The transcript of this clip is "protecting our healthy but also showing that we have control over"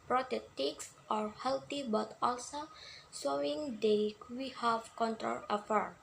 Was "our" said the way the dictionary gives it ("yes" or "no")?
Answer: yes